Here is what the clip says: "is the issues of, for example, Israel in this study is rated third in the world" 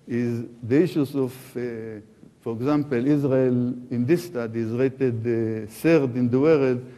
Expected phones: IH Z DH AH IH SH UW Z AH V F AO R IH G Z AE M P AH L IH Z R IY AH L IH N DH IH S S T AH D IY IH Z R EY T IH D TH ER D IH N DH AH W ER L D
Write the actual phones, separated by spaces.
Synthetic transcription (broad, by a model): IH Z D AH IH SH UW S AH F F AO R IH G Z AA M P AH L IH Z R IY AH L IH N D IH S S T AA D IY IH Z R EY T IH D S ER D IH N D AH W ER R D